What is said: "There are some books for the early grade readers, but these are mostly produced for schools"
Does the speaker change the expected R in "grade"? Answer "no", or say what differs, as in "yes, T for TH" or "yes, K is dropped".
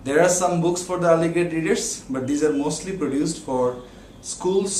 yes, R is dropped